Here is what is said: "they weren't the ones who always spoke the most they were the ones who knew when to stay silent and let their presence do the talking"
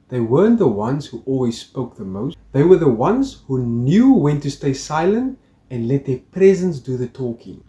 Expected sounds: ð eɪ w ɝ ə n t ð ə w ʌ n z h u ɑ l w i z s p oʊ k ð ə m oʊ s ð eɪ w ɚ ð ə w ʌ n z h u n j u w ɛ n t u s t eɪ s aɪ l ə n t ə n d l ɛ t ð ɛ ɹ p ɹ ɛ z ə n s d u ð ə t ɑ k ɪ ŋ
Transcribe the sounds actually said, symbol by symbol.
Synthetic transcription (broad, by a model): ð eɪ w ɝ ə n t ð ə w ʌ n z h u ɑ l w i z s p oʊ k ð ə m oʊ s ð eɪ w ɚ ð ə w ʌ n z h u n j u w ɛ n t u s t eɪ s aɪ l ə n t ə n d l ɛ t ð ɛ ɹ p ɹ ɛ z ə n s d u ð ə t ɑ k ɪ ŋ